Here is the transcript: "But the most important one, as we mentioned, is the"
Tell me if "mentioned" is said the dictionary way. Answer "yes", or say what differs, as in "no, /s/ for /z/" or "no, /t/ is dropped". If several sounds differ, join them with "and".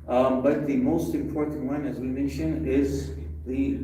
no, /d/ is dropped